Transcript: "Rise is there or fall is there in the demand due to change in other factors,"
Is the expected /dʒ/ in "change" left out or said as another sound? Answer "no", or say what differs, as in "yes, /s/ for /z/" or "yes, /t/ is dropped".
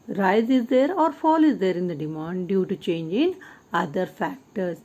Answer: no